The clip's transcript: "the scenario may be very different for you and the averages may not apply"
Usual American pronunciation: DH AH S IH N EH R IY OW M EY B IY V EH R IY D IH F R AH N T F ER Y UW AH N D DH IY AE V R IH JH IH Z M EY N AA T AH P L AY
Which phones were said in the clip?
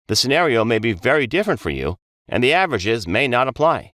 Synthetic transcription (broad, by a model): DH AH S IH N EH R IY OW M EY B IY V EH R IY D IH F R AH N T F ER Y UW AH N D DH IY AE V R IH JH IH Z M EY N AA T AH P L AY